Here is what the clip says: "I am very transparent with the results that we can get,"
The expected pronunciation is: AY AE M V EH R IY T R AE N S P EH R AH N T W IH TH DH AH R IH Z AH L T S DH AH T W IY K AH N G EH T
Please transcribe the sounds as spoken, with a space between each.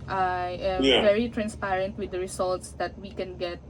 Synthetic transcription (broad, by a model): AY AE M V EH R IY T R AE N S P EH R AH N T W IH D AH R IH S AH L T S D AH T W IY K AH N G EH T